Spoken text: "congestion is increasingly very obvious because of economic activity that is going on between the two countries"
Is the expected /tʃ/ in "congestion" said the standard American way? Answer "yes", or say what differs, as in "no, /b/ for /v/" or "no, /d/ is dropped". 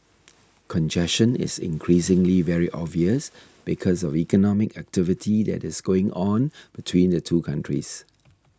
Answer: no, /ʃ/ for /tʃ/